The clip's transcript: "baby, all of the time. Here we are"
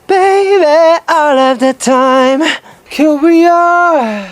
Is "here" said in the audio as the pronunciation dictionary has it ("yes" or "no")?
no